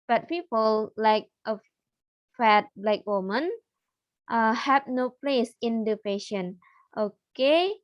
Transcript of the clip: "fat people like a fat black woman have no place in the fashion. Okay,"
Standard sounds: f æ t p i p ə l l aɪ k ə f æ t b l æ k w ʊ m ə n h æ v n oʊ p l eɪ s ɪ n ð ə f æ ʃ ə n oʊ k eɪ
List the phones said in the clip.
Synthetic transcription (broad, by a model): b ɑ t p i p ə l l aɪ k ə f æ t b l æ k w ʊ m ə n h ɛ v n oʊ p l eɪ s ɪ n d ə p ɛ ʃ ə n oʊ k eɪ